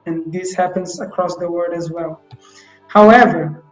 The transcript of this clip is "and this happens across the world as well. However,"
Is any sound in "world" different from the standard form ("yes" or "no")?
yes